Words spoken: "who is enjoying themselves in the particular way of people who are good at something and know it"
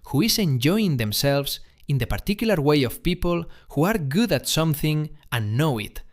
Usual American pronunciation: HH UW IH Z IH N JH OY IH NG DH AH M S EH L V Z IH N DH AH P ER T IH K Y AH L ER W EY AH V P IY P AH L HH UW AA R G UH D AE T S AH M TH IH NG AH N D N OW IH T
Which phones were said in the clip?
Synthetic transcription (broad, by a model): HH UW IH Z IH N JH OY IH NG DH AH M S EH L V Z IH N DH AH P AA T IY K Y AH L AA W EY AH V P IY P AH L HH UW AA R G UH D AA T S AH M TH IH NG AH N N OW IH T